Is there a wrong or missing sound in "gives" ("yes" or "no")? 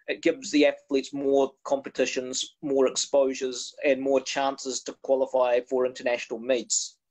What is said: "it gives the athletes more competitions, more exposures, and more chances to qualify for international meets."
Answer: no